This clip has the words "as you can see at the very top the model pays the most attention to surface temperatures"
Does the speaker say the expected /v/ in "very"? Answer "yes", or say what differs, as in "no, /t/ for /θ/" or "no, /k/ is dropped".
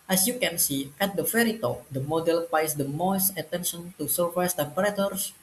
no, /f/ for /v/